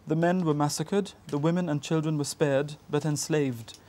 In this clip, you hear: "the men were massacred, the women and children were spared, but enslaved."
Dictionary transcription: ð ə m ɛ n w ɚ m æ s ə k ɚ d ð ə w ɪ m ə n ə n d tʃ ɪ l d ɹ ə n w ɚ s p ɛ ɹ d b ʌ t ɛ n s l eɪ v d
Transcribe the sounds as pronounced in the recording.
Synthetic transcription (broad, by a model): ð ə m ɛ n w ɚ m æ s ə k ɚ d ð ə w ɪ m ə n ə n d tʃ ɪ l d ɹ ə n w ɚ s p ɛ ɹ d b ʌ t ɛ n s l eɪ v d